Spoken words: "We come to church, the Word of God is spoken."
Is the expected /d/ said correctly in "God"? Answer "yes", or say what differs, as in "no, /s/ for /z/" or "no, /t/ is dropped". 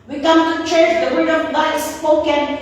no, /d/ is dropped